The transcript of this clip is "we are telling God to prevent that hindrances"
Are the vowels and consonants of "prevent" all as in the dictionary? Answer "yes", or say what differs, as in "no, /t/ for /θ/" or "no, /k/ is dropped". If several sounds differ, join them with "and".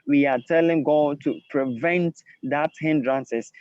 yes